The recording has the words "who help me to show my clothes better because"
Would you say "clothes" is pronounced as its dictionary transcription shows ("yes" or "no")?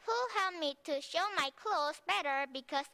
no